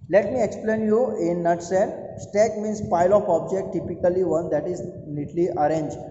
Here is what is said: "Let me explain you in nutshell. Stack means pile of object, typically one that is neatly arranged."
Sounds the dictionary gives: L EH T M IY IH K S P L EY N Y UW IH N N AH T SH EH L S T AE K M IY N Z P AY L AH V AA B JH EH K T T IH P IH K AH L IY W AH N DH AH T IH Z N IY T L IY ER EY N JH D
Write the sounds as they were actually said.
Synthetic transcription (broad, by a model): L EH T M IY IH K S P L EY N Y UW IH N N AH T S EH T S T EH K M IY N S P AY L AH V AA B JH EH K T T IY P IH K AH L IY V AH N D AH T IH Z N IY T L IY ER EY N JH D